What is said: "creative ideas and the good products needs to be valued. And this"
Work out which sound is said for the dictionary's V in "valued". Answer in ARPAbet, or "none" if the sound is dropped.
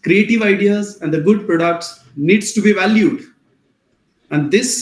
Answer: V